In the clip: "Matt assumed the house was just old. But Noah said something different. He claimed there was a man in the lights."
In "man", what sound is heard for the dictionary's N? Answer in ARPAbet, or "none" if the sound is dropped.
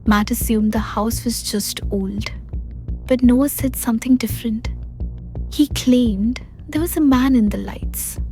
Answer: N